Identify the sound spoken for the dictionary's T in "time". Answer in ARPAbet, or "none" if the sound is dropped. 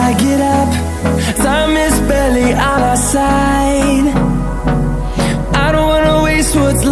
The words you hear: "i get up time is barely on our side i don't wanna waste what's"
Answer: S